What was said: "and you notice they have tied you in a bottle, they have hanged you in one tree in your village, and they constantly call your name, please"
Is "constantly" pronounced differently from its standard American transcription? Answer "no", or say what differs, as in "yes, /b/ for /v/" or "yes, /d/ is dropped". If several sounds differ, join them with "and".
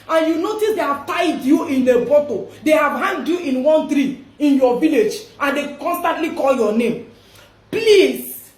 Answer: no